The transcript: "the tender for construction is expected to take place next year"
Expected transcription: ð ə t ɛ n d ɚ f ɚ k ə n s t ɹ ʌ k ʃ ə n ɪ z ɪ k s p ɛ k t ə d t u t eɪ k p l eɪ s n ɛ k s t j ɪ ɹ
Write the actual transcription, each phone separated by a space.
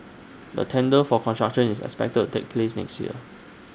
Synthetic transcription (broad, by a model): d ə t ɛ n d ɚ f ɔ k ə n s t ɹ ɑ k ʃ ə n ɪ s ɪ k s p ɛ k t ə t u t eɪ k p l eɪ s n ɛ k s t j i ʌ